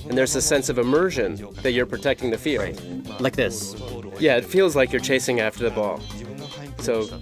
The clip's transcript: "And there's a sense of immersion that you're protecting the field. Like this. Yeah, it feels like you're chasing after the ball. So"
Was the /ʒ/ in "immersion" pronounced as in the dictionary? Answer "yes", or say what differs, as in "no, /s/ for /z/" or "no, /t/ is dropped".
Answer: yes